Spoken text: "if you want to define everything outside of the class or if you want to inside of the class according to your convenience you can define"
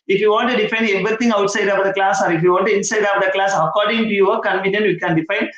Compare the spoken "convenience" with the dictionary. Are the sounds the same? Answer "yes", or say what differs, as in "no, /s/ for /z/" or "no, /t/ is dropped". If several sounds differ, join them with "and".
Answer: no, /s/ is dropped